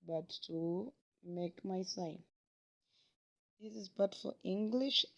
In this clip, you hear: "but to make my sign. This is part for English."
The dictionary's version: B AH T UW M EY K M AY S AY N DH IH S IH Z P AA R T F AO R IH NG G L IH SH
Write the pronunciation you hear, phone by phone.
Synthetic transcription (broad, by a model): B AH T UW M EY K M AY S AY N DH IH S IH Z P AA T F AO L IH NG G L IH SH